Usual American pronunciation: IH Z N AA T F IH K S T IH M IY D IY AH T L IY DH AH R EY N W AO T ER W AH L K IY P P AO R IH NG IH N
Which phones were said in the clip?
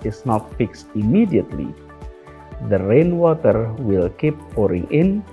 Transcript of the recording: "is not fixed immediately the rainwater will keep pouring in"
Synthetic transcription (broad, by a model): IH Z N AA T F IH K S T IH M IY D IY AH T L IY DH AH R EY N W AO T ER W AH L K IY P P AO R IH NG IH N